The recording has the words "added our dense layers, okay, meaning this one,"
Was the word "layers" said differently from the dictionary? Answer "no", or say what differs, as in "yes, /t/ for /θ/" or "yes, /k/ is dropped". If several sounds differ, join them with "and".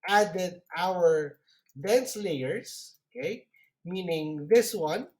yes, /s/ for /z/